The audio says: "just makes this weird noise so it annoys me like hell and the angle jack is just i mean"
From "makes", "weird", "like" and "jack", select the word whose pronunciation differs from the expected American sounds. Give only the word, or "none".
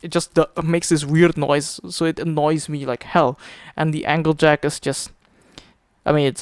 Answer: none